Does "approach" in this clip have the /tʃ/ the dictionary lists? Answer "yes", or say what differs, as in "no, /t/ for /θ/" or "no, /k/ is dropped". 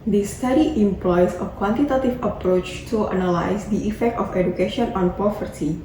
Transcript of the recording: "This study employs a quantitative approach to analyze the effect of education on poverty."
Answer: yes